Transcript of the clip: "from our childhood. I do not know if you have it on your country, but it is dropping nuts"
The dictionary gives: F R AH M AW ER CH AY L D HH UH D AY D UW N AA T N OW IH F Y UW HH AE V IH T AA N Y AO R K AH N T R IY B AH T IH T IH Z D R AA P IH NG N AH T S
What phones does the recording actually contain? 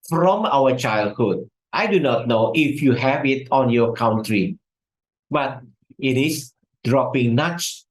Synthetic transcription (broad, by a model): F R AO M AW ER CH AY L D HH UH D AY D UW N AA T N OW IH F Y UW HH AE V IH T AA N Y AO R K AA N T R IY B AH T IH T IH S D R AA P IH NG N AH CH